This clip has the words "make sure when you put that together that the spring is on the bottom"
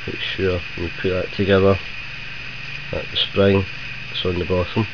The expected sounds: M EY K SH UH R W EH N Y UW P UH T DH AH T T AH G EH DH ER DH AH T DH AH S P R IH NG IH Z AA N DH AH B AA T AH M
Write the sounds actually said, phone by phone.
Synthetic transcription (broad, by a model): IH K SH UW R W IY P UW T DH AH T T AH G EH DH ER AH T DH AH S P R IH NG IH S AA N DH AH B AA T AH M